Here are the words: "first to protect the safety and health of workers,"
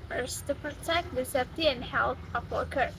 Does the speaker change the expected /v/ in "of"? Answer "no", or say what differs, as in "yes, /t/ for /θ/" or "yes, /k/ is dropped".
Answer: yes, /p/ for /v/